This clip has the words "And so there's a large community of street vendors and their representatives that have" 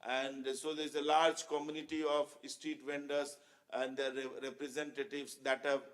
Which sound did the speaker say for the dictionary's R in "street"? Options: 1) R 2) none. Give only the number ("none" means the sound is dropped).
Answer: 2